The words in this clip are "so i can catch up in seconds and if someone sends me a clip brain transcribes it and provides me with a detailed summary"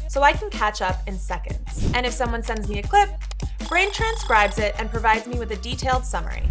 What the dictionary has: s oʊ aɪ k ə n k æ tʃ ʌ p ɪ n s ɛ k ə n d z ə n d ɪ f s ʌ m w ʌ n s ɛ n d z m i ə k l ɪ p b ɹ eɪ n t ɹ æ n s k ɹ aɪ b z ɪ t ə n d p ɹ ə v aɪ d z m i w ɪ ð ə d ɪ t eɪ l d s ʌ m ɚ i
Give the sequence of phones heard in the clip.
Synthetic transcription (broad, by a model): s oʊ aɪ k n k æ tʃ ʌ p ɪ n s ɛ k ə n d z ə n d ɪ f s ʌ m w ʌ n s ɛ n d z m i ə k l ɪ p b ɹ eɪ n t ɹ æ n s k ɹ aɪ b z ɪ t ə n p ɹ ə v aɪ d z m i w ɪ ð ə d ɪ t eɪ l d s ʌ m ɚ i